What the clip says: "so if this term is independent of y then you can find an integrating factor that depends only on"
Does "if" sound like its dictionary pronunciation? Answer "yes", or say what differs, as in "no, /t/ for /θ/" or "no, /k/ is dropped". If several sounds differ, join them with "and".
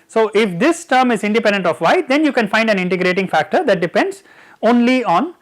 yes